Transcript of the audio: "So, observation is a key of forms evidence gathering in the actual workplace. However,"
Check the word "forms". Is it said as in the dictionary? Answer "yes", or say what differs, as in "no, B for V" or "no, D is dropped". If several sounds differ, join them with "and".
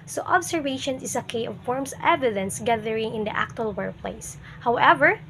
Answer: no, S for Z